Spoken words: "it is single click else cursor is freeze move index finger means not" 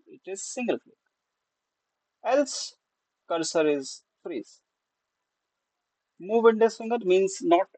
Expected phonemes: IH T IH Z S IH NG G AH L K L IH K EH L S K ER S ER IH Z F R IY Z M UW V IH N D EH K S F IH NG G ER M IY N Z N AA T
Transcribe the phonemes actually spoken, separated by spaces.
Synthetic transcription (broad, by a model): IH T IH Z S IH NG G AH L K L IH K EH L S K ER S ER IH Z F R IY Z M UW V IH N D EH S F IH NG G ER M IY N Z N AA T